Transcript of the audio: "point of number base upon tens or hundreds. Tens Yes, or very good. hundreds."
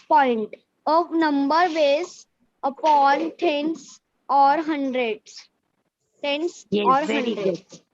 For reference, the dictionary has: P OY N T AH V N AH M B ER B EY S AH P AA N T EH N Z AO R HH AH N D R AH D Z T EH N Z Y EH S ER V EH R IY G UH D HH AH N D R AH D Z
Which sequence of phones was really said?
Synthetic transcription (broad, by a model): P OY N T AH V N AH M B ER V EY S AH P AA N T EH N S AO R HH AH N D R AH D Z T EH N S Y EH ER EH IY D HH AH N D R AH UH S